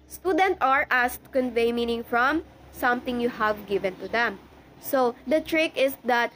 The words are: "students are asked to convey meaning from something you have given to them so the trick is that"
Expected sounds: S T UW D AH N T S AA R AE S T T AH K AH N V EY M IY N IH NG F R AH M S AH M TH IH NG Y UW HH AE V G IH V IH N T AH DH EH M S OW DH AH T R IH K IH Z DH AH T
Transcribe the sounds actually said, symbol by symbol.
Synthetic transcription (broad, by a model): S T UW D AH N T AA R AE S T T AH K AH N V EY M IY N IH NG F R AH M S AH M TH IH NG Y UW HH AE V G IH V IH N T AH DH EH M S OW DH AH T R IH K IH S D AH T